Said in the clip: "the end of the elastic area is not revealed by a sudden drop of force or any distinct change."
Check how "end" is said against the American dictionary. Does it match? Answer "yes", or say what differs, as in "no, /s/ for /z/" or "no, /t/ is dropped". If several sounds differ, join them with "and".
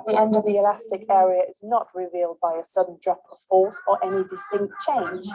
yes